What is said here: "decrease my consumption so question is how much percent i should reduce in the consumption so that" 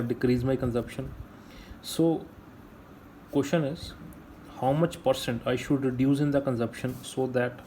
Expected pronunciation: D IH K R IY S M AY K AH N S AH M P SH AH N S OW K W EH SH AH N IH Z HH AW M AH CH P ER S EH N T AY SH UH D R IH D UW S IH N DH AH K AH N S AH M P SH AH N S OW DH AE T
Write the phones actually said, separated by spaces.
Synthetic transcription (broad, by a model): D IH K R IY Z M AY K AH N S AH M P SH AH N S OW K W EH SH AH N IH Z HH AW M AH CH P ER S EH N T AY SH UH D R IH D UW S IH N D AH K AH N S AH M P SH AH N S OW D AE T